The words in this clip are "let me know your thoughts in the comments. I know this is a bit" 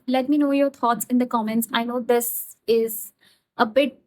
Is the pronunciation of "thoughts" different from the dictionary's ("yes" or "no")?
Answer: yes